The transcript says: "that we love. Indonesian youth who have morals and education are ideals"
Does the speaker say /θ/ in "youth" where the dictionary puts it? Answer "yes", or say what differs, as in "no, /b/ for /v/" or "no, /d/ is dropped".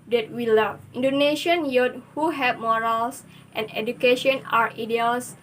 no, /t/ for /θ/